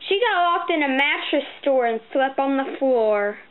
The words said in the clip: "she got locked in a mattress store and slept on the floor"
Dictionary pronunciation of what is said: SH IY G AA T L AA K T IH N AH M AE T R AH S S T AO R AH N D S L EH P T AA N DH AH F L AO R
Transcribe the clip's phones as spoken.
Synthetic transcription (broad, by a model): SH IY G AA T W AA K T IH N AH M AE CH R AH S S T AO R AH N S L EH P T N DH AH F L AO R